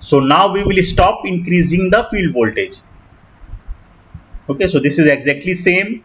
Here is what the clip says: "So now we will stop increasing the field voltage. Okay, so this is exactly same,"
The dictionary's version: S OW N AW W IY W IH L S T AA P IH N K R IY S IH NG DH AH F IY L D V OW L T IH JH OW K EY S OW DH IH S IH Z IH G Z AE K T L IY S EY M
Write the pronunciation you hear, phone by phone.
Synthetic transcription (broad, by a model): S OW N AW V IY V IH L S T AA P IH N K R IY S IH NG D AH F IY L D V OW L T IH JH OW K EY S OW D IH S IH Z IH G Z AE K T L IY S EY M